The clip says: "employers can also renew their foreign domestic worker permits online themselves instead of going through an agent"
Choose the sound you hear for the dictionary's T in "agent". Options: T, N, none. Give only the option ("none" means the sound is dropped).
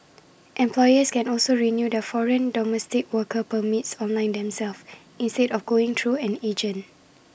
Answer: none